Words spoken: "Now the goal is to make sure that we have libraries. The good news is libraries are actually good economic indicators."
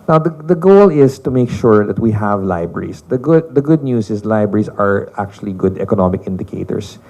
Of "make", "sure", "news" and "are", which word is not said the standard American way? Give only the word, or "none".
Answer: news